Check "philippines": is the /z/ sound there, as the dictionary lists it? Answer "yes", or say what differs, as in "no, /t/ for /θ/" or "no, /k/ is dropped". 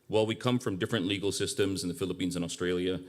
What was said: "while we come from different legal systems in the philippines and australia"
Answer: yes